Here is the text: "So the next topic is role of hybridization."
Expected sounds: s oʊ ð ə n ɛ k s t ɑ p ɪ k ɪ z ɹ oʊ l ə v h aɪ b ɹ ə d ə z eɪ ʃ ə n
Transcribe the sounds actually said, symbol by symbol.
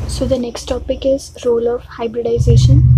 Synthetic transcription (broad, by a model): s oʊ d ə n ɛ k s t ɑ p ɪ k ɪ z ɹ oʊ l ə v h aɪ b ɹ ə d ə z eɪ ʃ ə n